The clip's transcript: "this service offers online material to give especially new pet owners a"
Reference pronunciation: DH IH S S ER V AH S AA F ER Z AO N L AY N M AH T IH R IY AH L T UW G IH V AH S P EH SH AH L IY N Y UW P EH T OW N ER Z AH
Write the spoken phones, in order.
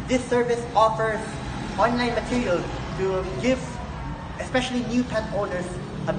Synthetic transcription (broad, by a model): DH IH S S ER V AH S AA F ER Z AO N L AY N M AH T IH R IY AH L T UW G IH V AH S P EH SH AH L IY N Y UW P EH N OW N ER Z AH